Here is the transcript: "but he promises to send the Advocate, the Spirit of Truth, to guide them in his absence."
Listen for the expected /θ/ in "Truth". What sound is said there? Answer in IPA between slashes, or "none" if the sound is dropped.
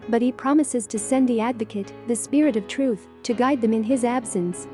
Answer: /θ/